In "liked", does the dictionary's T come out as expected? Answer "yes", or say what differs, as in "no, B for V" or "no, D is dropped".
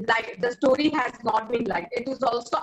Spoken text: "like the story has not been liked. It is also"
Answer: no, T is dropped